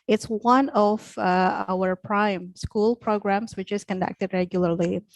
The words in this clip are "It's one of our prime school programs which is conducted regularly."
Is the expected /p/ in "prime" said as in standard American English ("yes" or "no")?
yes